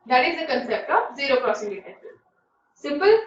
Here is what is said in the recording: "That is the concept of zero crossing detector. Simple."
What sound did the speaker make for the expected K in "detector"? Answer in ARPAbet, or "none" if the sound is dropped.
none